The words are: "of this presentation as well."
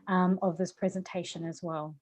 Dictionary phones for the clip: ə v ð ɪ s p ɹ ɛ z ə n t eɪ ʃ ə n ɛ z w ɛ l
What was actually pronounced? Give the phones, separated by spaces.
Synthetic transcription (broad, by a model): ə v ð ɪ s p ɹ ɛ z ə n t eɪ ʃ ə n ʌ z w ɛ l